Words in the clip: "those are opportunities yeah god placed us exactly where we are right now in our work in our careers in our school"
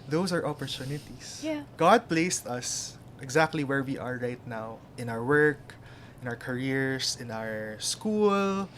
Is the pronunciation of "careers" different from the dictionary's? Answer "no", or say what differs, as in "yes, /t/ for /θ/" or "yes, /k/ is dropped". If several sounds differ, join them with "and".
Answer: yes, /s/ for /z/